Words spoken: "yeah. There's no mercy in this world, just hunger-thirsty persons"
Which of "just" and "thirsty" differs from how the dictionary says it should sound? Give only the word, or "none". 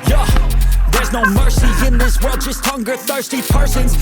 none